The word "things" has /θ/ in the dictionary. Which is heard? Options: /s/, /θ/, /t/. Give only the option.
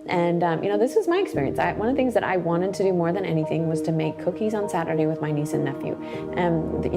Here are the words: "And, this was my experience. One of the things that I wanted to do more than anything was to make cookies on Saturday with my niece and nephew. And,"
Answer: /θ/